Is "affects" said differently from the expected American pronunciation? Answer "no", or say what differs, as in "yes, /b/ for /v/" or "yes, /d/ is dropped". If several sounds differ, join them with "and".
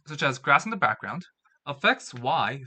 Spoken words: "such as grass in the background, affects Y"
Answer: no